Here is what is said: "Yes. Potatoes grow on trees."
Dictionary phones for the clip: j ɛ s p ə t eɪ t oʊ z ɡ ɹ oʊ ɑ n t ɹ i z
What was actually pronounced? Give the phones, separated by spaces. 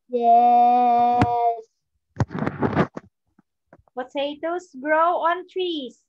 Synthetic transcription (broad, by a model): j ɛ s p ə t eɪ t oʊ s ɡ ɹ oʊ ɑ n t ɹ i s